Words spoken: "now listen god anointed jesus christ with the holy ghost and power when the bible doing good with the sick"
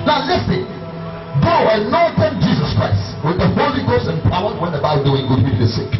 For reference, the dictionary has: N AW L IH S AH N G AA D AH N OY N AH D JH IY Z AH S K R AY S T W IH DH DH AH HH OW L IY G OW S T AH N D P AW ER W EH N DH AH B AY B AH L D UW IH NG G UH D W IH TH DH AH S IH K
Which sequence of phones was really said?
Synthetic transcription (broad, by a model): N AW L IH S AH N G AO AH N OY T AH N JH IY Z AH S K R AY S T W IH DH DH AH HH OW L IY G OW S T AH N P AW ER W EH N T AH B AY AH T D UW IH NG G UH D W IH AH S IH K